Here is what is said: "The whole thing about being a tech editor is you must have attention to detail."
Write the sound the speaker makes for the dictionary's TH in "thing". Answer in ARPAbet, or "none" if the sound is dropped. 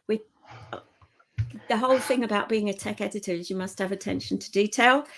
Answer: TH